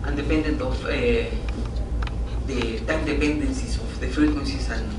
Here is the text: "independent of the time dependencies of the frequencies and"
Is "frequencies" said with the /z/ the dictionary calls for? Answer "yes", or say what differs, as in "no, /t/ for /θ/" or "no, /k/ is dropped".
no, /s/ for /z/